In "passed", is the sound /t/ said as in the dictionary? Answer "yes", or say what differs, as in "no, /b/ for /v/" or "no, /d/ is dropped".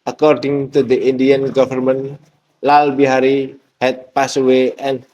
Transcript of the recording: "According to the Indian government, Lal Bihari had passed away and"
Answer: no, /t/ is dropped